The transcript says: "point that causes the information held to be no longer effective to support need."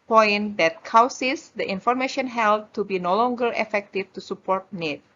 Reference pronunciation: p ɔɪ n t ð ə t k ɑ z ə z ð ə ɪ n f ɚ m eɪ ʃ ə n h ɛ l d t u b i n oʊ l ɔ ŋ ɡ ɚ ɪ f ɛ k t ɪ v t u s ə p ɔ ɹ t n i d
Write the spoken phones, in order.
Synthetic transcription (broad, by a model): p ɔɪ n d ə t k ɑ s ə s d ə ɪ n f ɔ m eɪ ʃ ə n h ɛ l d t u b i n oʊ l ɔ ŋ ɡ ɚ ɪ f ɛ k t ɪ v t u s ə p ɔ ɹ t n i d